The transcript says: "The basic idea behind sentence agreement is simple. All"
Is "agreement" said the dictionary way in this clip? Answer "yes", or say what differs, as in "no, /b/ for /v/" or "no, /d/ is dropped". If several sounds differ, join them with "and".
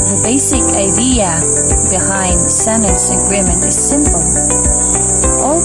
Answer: no, /t/ is dropped